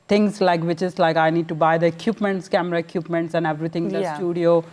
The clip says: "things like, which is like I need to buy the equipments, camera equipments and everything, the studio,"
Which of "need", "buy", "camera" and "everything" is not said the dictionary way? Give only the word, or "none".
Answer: everything